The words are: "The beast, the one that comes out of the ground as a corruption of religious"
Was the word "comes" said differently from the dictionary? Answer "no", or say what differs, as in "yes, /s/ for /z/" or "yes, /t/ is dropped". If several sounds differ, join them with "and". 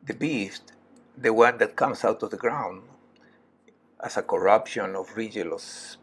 yes, /s/ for /z/